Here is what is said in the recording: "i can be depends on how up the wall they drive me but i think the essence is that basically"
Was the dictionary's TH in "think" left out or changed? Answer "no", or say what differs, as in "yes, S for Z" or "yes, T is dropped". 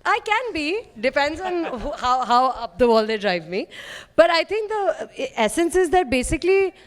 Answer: yes, T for TH